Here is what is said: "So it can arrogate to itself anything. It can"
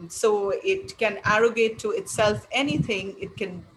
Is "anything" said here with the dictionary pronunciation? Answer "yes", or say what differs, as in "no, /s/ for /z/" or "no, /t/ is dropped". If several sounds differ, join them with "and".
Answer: no, /t/ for /θ/